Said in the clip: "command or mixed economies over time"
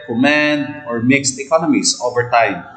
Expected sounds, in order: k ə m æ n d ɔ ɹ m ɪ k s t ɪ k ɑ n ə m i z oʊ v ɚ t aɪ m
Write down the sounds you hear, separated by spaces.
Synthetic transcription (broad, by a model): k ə m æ n d ɔ ɹ m ɪ k s t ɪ k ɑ n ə m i s oʊ v ɚ t aɪ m